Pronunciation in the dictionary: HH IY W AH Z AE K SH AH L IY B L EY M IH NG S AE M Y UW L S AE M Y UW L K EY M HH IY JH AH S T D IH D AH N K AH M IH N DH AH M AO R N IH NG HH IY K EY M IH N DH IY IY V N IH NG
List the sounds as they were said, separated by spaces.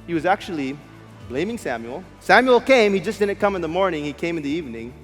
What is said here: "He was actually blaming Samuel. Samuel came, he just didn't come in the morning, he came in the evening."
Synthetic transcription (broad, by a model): HH IY W AH Z AE K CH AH L IY B L EY M IH NG S AE M Y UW L S AE M Y UW L K EY M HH IY JH AH S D IH D N K AH M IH N DH AH M AO R N IH NG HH IY K EY M IH N DH IY IY V N IH NG